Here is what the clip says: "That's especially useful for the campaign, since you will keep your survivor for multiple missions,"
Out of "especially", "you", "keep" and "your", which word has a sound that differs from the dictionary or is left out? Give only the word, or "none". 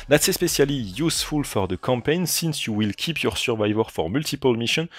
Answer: especially